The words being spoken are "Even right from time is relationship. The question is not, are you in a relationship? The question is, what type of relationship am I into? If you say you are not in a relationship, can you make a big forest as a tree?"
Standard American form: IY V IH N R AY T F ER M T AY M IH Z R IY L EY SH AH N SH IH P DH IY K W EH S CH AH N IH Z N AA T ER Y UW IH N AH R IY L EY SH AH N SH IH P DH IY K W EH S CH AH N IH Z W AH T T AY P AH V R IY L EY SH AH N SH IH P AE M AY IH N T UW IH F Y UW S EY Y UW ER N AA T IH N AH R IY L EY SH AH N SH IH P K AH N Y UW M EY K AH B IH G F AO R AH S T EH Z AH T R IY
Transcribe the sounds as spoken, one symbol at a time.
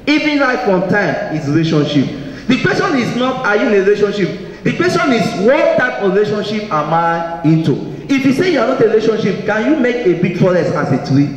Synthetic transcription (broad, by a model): IY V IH N L AY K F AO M T AY M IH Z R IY L EY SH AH N SH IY P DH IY K W EH S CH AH N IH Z N AA T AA Y UW IH N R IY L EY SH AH N SH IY P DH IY K W EH S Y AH N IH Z W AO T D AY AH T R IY L EY SH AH N SH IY P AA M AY IH N T UW IH F Y UW S EY Y UW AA N AA T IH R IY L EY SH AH N SH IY P K AH N Y UW M EY K AH B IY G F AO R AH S AA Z AH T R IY